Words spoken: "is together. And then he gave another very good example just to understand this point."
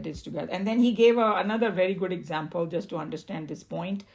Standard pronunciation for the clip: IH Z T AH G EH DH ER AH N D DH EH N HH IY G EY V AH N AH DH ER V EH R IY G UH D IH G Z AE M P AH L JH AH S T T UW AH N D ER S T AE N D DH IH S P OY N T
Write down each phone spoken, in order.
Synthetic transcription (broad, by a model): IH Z T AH G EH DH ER AH N D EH N HH IY G EY V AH N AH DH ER V EH R IY G UH D IH G Z AE M P AH L JH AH S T T UW AH N D ER S T AE N D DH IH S P OY N T